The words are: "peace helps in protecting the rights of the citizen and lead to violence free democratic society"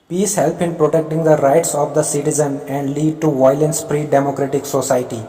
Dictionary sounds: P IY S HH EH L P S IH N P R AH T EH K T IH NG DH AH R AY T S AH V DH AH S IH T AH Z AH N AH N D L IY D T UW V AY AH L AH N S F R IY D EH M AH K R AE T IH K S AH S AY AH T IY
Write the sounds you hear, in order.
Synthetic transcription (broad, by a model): P IY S HH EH L P IH N P R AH T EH K T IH NG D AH R AY T S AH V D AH S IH T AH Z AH N AH N D L IY D T UW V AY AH L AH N S P R IY D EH M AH K R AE T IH K S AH S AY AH T IY